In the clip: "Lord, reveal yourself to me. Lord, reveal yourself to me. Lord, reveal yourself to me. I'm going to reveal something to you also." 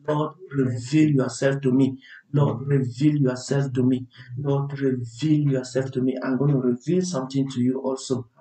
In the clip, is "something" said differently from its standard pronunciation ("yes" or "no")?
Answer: yes